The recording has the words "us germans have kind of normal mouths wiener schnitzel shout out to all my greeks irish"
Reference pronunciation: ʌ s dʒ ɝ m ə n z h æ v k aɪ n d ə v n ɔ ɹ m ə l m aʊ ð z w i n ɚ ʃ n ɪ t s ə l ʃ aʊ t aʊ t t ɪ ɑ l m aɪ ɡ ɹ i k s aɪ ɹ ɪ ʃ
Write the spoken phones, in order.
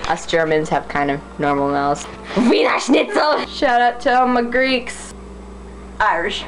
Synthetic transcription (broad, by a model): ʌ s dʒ ɝ m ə n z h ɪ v k aɪ n d ə v n ɔ ɹ m l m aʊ z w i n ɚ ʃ n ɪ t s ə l ʃ aʊ t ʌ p t ɪ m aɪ ɡ ɹ i k s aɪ ɹ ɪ ʃ